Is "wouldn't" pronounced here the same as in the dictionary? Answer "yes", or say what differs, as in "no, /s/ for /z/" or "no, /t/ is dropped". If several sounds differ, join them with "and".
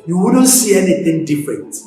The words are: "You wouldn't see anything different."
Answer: yes